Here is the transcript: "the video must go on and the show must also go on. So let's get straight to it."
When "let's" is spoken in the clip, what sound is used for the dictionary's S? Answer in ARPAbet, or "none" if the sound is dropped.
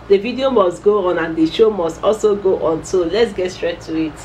S